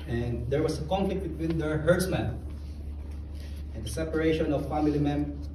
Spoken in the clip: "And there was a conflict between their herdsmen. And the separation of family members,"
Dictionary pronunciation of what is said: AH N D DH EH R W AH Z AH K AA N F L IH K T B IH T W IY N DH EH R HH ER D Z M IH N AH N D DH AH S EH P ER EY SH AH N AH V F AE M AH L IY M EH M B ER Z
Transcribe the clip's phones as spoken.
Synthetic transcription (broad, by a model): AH N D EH R W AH S AH K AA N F L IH K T B IH T W IY N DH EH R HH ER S M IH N AH N D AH S EH P ER EY SH AH N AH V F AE M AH L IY M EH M